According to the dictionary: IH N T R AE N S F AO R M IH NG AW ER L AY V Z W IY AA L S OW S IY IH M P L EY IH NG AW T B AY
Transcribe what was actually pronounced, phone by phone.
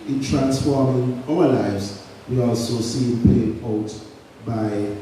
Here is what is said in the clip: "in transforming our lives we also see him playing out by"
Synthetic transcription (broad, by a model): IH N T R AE N S F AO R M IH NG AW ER L AY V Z W IY AA L S OW S IY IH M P EY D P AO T B AY